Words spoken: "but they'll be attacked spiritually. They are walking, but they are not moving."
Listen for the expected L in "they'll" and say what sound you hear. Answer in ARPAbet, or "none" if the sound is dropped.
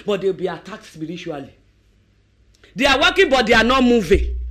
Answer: W